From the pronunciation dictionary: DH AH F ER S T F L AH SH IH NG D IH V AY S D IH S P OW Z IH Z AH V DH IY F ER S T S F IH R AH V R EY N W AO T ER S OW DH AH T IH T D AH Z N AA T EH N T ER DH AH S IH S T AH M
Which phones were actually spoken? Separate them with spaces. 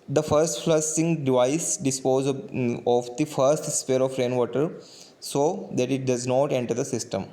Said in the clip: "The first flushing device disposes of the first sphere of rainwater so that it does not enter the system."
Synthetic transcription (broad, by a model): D AH F ER S T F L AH S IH NG D IH V AY S D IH S P OW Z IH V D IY F ER S T S P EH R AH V R EY N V AO T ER S OW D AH T IH T D AH Z N AA T EH N T ER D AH S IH S T AH M